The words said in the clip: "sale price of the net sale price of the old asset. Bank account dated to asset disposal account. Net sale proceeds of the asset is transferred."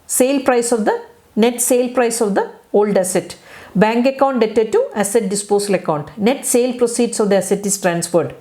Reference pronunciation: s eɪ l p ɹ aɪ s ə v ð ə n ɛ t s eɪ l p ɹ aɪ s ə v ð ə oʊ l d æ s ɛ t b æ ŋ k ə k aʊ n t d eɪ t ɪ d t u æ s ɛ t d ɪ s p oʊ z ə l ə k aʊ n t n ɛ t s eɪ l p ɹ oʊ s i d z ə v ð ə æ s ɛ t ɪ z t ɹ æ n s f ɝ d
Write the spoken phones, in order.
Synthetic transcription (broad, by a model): s eɪ l p ɹ aɪ s ə v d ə n ɛ t s eɪ l p ɹ aɪ s ə v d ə oʊ l d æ s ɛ t b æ ŋ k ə k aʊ n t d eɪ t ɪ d t u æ s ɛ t d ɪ s p oʊ s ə l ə k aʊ n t n ɛ t s eɪ l p ɹ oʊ s i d s ə v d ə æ s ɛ t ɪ s t ɹ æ n s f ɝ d